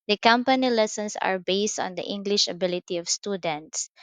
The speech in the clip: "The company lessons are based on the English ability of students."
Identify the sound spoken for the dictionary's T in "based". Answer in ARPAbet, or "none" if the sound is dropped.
T